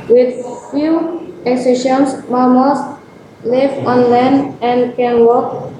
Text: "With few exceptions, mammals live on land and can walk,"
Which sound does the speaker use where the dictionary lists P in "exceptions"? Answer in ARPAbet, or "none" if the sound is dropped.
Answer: none